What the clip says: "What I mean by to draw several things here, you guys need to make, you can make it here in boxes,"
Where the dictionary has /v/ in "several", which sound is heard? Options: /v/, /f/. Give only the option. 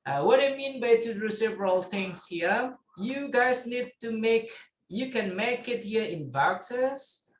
/v/